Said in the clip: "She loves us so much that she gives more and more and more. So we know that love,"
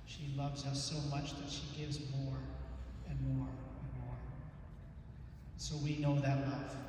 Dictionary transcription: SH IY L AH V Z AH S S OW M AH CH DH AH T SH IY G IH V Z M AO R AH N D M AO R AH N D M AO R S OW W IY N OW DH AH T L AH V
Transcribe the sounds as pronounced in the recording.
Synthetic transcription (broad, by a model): SH IY L AH V Z AH S S OW M AH CH DH AH T SH IY G IH V Z M AO R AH N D M AO R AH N M AO R S OW W IY N OW DH AH T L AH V